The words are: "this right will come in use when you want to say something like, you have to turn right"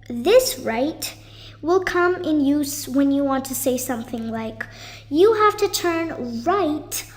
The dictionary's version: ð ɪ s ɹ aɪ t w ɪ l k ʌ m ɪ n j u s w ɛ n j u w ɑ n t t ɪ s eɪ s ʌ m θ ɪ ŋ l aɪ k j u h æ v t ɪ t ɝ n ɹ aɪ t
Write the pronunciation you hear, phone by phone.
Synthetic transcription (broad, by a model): ð ɪ s ɹ aɪ t w ɪ l k ʌ m ɪ n j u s w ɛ n j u w ɑ n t t ɪ s eɪ s ʌ m θ ɪ ŋ l aɪ k j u h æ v t ɪ t ɝ n ɹ aɪ t